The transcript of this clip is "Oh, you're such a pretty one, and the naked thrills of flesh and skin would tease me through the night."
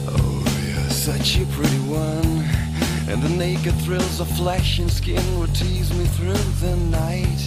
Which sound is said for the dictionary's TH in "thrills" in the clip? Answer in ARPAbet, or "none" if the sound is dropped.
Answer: TH